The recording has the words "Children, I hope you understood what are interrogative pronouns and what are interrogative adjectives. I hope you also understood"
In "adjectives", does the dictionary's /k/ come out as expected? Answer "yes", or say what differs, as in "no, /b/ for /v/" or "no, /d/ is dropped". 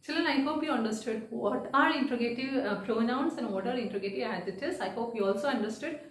no, /k/ is dropped